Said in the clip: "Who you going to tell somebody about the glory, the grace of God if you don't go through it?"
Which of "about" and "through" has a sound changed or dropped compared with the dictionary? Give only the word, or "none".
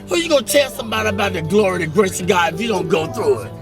none